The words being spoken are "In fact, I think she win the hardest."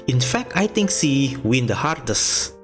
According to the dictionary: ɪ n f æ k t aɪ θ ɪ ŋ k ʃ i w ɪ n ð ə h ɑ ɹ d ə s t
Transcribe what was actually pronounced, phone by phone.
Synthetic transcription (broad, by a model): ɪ n f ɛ k t aɪ t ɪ ŋ k s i w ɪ n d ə h ɑ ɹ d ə s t